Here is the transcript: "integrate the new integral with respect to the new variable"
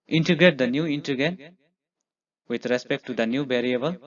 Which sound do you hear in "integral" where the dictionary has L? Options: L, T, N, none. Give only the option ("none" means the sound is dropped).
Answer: N